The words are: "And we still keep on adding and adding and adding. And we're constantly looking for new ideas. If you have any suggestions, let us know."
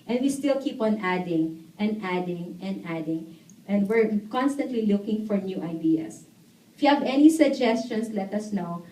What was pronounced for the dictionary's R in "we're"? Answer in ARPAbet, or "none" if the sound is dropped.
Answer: R